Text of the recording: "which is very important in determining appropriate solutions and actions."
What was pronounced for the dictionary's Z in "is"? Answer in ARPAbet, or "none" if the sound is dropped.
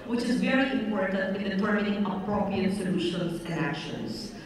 Z